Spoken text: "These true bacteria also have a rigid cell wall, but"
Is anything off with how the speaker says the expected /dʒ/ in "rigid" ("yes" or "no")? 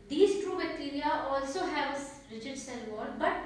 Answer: yes